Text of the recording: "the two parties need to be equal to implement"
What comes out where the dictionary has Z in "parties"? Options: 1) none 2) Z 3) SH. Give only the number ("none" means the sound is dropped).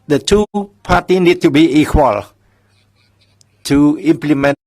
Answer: 1